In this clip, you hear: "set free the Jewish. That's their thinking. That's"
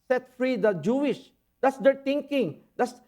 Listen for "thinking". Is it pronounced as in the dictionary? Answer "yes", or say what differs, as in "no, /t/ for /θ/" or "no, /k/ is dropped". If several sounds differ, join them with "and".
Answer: no, /t/ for /θ/